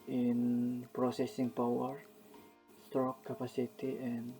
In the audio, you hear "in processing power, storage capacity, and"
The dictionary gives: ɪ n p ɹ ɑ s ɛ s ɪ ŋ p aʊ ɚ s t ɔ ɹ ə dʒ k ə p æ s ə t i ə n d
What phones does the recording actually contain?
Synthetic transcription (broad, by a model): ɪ n p ɹ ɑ s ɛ s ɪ ŋ p aʊ ɚ s t ɹ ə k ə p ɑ s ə t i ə n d